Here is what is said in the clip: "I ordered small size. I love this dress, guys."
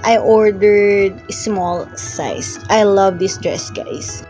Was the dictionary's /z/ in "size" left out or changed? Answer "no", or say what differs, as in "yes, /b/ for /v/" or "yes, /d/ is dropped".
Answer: yes, /s/ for /z/